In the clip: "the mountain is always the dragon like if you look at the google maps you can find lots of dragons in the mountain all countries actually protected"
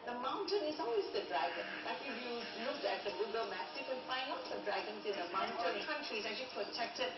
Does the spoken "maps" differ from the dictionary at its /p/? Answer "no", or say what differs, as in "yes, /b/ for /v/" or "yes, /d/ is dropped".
yes, /p/ is dropped